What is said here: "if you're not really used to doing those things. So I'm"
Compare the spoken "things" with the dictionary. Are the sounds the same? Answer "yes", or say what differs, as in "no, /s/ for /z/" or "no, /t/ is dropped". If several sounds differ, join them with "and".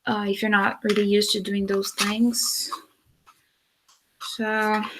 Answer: yes